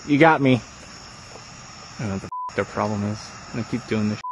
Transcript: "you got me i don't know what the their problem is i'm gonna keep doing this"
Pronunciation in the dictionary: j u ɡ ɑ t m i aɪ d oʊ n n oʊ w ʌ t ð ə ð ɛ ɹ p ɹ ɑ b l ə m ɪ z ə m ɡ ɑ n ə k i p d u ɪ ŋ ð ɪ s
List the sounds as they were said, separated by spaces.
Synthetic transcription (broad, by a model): j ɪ ɡ ɑ t m i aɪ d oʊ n n oʊ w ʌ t ð ə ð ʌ ɹ p ɹ ɑ b l ə m ɪ z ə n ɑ ə k i p d u ɪ ŋ ð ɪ